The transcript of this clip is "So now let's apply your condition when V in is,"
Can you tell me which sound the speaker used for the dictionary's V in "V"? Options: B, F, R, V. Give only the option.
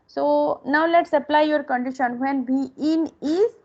B